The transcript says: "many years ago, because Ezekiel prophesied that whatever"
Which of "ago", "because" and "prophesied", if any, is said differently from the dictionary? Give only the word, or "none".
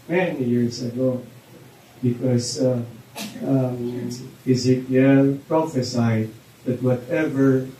because